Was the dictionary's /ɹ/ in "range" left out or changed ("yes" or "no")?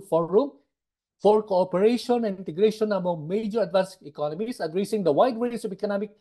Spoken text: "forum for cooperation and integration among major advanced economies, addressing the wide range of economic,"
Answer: yes